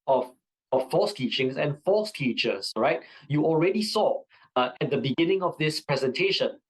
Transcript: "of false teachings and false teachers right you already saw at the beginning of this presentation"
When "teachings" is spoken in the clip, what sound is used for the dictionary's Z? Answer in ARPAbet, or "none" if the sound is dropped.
S